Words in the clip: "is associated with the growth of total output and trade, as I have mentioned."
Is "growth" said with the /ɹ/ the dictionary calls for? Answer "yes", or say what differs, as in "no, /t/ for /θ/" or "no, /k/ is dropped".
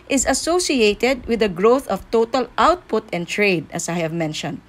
yes